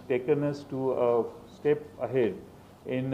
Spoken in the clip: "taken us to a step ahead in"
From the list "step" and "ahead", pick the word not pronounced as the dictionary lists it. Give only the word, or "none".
none